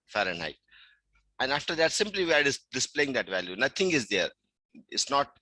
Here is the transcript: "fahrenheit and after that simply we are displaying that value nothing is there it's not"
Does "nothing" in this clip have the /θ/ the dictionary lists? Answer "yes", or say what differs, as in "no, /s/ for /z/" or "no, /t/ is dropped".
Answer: no, /t/ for /θ/